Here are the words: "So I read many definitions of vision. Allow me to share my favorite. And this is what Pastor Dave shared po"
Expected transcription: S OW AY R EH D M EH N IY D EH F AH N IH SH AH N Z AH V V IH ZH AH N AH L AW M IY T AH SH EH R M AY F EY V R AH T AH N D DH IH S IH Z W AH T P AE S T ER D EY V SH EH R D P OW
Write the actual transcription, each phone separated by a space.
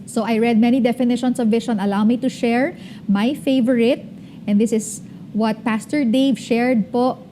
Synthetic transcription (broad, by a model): S OW AY R EH D M EH N IY D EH F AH N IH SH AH N S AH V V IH SH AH N AH L AW M IY T AH SH EH R M AY F EY V R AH T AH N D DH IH S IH S W AH T P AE S T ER D EY V SH EH R D P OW